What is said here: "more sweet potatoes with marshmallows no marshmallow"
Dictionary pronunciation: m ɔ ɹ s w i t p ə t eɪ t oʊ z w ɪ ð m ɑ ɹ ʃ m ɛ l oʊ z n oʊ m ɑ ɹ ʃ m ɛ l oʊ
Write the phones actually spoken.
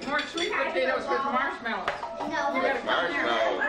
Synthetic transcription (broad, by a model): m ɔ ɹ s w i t b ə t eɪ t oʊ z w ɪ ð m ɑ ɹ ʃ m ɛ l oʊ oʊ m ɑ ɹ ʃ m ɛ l